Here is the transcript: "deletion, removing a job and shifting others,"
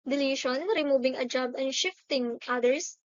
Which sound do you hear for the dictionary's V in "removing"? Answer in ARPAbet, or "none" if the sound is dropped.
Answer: B